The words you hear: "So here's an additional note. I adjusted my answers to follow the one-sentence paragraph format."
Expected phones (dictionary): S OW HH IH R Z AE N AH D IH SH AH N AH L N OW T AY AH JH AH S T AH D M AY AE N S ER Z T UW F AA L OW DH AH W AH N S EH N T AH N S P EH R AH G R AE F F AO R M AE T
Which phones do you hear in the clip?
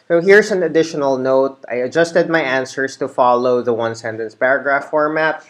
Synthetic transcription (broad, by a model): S OW HH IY R S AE N AH D IH SH AH N AH L N OW T AY AH JH AH S T AH D M AY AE N S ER S T UW F AA L OW DH AH W AH N S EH N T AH N S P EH R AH G R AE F F AO R M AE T